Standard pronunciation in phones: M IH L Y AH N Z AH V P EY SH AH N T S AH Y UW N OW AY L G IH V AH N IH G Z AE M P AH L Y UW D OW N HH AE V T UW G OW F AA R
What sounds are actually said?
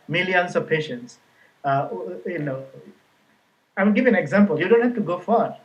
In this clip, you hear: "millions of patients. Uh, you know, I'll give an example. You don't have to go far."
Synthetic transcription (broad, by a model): M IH L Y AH N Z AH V P EY SH AH N T S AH Y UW N OW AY W G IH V AH N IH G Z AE M P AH L Y UW D OW N HH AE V T UW G OW F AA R